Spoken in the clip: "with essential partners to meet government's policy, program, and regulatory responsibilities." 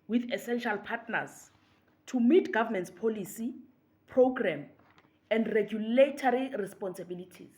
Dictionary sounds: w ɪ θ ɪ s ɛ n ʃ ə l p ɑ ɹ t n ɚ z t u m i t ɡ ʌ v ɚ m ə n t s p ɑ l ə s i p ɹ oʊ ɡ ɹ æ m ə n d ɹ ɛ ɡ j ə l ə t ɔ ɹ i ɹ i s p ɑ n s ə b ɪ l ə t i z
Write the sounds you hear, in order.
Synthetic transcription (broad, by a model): w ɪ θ ɪ s ɛ n ʃ ə l p ɑ t n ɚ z t u m i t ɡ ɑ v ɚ m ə n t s p ɑ l ə s i p ɹ oʊ ɡ ɹ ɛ m ə n d ɹ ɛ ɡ j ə l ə t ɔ ɹ i ɹ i s p ɑ n s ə b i l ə t i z